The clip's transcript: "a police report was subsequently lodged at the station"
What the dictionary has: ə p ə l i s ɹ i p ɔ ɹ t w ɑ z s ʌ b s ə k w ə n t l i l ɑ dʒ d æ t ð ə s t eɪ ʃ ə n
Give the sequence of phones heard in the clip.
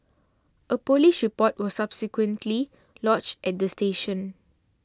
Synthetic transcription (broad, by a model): ə p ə l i ʃ ɹ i p ɔ t w ɑ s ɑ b s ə k w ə n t l i l ɑ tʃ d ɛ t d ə s t eɪ ʃ ə n